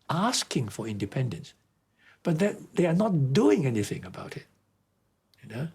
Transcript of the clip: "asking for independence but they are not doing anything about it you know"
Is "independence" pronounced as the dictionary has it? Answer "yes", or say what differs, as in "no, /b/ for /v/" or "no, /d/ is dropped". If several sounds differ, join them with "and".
yes